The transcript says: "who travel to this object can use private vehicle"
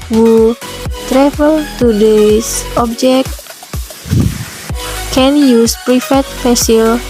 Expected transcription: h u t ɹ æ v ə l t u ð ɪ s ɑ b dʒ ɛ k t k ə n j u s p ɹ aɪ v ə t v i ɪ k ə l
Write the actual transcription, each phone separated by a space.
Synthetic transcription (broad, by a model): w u t ɹ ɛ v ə l t u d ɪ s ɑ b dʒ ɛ k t k ə n j u s p ɹ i f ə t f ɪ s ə l